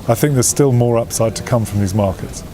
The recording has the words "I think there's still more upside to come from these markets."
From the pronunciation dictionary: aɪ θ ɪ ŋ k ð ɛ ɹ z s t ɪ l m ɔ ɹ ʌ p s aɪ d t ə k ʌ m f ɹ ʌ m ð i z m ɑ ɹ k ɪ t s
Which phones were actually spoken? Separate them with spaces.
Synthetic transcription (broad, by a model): aɪ θ ɪ ŋ k ð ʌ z s t ɪ l m ɔ ɹ ʌ p s aɪ d t ə k ʌ m f ɹ ʌ m ð i z m ɑ k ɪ t s